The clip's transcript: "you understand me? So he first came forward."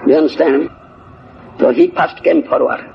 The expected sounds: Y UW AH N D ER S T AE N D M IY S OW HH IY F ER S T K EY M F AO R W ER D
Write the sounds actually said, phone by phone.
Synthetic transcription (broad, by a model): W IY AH N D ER S T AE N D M S OW HH IY P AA S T K EY M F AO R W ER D